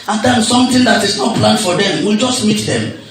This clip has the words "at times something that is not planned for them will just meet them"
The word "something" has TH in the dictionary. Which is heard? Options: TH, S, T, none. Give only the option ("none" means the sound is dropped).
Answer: T